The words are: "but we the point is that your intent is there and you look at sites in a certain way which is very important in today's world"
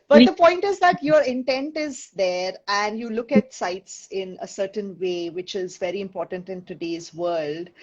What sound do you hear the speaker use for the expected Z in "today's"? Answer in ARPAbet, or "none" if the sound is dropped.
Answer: Z